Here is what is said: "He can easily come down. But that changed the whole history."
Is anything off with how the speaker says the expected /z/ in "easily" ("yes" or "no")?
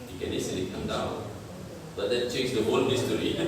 yes